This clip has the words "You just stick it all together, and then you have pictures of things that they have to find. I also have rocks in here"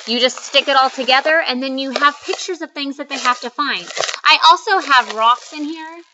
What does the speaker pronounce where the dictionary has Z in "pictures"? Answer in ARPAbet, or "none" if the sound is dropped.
Z